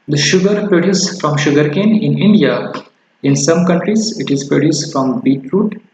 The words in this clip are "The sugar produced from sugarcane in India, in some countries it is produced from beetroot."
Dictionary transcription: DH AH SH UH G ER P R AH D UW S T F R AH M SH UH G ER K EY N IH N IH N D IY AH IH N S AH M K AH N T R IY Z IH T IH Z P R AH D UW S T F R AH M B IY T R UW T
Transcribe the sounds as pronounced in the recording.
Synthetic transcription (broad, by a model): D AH SH UH G ER P R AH D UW S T F R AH M SH UH G ER K EY N IH N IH N D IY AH IH N S AH M K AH N T R IY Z IH T IH Z P R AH D UW S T F R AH M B IY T R UW T